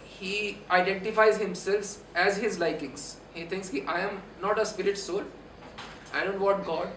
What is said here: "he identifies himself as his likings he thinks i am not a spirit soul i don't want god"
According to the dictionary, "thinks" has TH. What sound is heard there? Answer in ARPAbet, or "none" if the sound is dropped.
T